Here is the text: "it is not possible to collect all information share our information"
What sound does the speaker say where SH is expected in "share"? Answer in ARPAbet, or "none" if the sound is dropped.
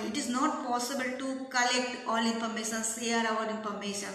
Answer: S